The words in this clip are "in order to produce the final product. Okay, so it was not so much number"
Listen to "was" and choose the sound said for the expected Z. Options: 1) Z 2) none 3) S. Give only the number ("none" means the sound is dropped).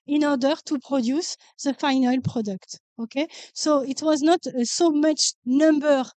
1